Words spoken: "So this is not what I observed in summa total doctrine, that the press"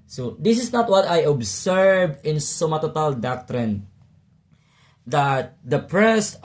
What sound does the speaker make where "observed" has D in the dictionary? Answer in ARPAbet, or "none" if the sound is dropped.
none